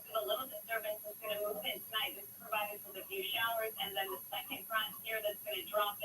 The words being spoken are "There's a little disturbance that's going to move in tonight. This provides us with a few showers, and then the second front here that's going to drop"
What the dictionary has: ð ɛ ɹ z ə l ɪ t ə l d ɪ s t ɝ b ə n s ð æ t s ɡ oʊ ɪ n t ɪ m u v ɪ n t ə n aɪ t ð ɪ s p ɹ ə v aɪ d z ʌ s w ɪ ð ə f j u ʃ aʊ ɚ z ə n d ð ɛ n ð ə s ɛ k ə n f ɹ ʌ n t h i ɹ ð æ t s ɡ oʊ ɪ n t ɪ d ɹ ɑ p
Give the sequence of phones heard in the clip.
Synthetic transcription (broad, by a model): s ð ə l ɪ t l d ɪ s t ɝ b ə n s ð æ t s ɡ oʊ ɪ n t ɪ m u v ɪ n t ə n aɪ t ð ɪ s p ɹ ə v aɪ d ɪ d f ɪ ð ə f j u ʃ aʊ ɚ z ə n ð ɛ n ð ə s ɛ k ə n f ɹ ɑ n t h i ɹ ð æ t s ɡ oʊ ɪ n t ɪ d ɹ ɑ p